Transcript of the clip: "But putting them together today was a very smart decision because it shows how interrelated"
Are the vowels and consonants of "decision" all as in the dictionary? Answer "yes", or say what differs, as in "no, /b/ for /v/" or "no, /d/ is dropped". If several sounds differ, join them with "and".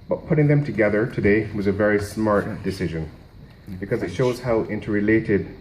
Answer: yes